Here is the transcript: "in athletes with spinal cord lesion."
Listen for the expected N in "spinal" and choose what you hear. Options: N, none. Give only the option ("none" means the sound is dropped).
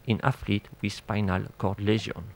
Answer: N